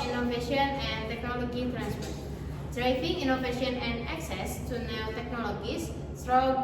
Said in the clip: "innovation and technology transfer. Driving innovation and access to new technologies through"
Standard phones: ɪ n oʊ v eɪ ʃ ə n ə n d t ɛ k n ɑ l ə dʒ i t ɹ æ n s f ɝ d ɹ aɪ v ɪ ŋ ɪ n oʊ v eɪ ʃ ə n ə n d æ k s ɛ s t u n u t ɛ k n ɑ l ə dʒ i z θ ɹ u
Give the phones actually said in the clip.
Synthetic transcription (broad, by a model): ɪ n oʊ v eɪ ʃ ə n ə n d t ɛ k n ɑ l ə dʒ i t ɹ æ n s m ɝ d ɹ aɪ f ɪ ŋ ɪ n oʊ v eɪ ʃ ə n ə n d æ k s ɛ s t u n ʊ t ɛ k n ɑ l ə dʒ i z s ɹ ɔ